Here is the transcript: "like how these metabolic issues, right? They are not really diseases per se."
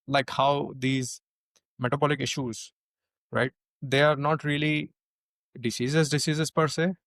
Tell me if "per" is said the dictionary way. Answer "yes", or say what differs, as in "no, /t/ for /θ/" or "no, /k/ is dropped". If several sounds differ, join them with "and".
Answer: yes